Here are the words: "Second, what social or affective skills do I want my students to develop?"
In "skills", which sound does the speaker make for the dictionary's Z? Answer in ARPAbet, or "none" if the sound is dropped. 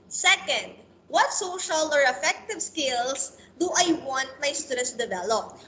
S